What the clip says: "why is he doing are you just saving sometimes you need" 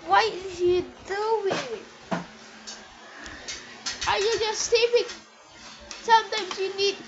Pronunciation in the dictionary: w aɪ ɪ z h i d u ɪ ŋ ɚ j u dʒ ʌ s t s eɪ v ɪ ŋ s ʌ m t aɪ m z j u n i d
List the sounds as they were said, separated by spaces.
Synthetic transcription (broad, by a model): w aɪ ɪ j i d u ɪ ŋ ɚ j u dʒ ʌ s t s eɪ p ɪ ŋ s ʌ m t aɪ m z j u n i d